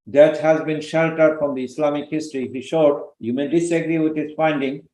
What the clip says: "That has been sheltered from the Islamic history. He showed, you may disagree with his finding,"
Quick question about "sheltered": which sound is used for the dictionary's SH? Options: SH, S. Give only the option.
SH